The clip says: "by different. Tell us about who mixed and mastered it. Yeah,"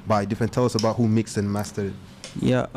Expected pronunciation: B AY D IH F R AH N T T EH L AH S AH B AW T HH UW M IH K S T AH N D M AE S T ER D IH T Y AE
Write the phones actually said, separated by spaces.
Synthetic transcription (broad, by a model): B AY D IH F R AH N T T EH L AH S AH B AW T HH UW M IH K S AH N M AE S T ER IH T Y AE